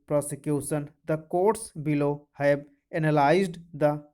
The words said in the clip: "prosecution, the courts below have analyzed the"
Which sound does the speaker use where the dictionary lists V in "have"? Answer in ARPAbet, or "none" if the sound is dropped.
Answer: B